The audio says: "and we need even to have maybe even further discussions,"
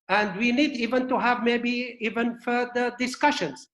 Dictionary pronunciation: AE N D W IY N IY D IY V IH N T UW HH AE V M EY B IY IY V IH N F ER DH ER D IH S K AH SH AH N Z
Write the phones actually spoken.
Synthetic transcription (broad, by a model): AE N D W IY N IY D IY V IH N T UW HH AE V M EY B IY IY V IH N F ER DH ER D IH S K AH SH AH N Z